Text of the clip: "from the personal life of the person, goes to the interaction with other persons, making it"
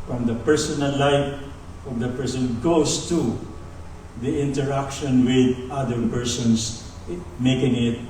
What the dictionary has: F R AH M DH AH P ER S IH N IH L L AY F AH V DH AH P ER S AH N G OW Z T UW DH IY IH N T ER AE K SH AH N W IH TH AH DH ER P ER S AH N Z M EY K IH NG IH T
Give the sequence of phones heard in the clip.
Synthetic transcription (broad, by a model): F R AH M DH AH P ER S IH N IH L L AY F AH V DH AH P ER S AH N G OW S T UW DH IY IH N T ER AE K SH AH N W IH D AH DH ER P ER S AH N S M EY K IH NG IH T